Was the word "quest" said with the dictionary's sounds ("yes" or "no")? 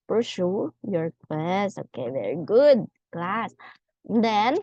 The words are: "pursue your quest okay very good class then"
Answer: no